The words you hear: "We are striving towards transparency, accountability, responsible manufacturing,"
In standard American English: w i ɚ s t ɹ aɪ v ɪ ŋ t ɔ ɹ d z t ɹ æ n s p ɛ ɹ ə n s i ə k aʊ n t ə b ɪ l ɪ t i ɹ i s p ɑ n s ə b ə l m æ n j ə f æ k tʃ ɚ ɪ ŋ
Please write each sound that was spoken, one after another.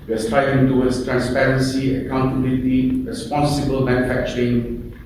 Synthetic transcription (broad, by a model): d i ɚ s t ɹ aɪ ɪ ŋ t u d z t ɹ æ n s p ɛ ɹ ə n s i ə k aʊ n t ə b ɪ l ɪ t i ɹ i s p ɑ n s ə b ə l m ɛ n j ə f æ k tʃ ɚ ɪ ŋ